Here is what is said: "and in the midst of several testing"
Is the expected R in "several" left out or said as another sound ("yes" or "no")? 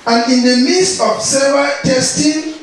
yes